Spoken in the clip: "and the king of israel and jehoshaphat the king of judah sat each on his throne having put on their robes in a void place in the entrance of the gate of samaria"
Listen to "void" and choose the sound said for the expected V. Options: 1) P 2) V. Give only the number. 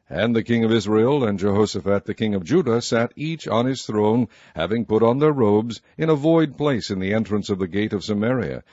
2